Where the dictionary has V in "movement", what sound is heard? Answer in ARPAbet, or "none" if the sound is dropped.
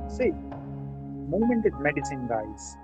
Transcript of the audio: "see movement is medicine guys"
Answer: none